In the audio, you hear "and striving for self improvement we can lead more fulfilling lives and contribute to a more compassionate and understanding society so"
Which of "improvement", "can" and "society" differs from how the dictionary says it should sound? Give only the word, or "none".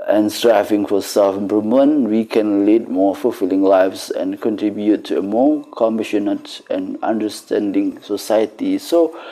improvement